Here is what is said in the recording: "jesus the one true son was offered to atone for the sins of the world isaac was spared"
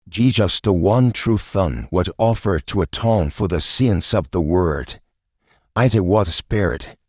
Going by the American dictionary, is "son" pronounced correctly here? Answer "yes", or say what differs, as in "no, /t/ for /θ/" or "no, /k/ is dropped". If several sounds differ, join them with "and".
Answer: no, /θ/ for /s/